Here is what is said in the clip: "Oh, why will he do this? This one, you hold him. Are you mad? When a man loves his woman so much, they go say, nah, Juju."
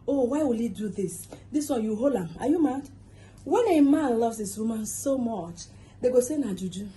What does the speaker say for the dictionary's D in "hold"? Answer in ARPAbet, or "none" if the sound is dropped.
none